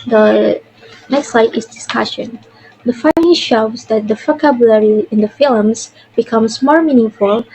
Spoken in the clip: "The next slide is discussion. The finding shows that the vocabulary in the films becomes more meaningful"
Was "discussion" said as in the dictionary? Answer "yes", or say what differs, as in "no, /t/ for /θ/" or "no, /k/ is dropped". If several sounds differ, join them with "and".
yes